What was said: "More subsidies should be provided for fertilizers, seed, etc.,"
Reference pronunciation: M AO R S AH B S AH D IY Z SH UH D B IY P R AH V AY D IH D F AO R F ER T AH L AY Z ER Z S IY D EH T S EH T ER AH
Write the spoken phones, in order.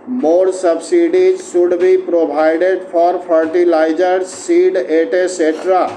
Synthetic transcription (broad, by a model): M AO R S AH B S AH D IY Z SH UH D B IY P R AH B AY D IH D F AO R P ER T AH L AY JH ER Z S IY D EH T S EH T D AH